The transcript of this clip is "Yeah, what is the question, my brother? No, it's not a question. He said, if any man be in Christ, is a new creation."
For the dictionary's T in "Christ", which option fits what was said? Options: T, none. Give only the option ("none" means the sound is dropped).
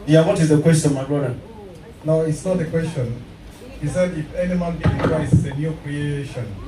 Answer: none